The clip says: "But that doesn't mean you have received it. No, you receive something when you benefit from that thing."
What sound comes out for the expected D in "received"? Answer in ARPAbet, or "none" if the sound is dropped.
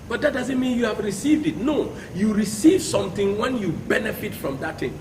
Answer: D